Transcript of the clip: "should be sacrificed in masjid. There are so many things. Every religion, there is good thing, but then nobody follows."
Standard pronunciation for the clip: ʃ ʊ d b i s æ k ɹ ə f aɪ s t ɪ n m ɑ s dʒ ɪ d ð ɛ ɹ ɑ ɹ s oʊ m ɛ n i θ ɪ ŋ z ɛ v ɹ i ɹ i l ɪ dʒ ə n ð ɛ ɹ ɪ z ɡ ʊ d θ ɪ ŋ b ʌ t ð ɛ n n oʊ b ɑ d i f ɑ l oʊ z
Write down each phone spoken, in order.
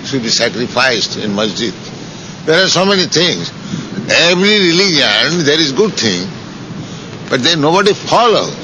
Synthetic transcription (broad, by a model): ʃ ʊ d b i s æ k ɹ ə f aɪ s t ɪ n m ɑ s dʒ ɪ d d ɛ ɹ ɑ ɹ s oʊ m ɛ n i t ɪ ŋ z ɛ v ɹ i ɹ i l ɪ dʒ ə n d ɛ ɹ ɪ z ɡ ʊ d t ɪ ŋ b ʌ t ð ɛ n n oʊ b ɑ d i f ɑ l oʊ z